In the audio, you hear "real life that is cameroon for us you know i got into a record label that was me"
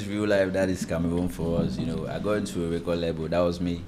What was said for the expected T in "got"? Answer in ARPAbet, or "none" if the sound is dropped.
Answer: none